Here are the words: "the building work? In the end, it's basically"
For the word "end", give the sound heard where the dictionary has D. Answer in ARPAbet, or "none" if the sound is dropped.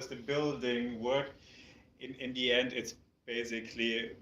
D